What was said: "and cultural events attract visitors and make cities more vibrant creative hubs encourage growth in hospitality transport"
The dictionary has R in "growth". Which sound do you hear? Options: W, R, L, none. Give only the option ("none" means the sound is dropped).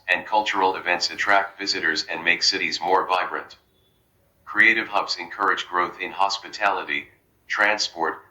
R